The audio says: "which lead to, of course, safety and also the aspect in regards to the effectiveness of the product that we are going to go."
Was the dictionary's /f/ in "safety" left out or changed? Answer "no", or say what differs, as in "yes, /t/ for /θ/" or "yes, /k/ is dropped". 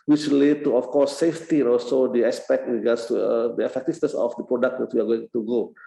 no